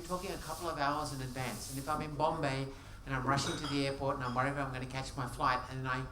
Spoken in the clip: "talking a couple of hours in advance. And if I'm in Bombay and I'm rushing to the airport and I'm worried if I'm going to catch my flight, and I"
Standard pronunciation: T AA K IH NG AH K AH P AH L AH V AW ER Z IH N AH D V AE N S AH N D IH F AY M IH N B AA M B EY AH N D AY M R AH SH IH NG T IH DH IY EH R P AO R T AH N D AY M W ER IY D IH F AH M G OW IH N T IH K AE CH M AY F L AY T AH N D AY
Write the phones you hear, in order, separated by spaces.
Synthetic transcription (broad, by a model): T AA K IH NG AH K AH P L AH V AW ER Z IH N AH D V AE N S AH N IH F AY M IH N B AA M B EY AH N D AY M R AH SH IH NG T IH DH IY EH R P AO R T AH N AY M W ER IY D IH AH M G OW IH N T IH K AE CH M AY F L AY T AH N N AY